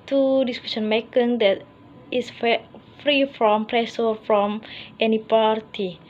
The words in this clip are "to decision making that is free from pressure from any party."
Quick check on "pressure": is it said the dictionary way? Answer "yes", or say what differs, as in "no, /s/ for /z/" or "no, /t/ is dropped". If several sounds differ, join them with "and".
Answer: no, /s/ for /ʃ/